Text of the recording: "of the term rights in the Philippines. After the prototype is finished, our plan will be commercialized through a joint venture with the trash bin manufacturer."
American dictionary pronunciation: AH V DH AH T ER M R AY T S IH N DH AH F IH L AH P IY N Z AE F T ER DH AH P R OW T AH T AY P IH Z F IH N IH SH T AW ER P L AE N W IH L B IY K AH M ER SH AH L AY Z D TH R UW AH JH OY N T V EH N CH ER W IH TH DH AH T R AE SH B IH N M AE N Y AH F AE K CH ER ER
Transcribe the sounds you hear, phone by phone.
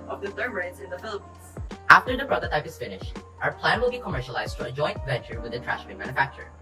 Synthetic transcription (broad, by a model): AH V DH AH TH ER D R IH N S IH N DH AH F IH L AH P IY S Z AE F T ER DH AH B R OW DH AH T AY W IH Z F IH N IH SH T AW ER P L AE N W IH L B IY K AH M ER SH AH L AY Z D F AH AH JH OY N T V EH N CH ER W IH DH AH T R AE SH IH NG M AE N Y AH F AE K CH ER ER